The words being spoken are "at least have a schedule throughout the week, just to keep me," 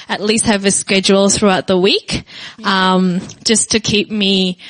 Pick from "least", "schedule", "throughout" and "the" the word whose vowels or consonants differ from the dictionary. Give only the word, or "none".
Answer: none